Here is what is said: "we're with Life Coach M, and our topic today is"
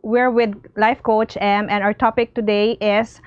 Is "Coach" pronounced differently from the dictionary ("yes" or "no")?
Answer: no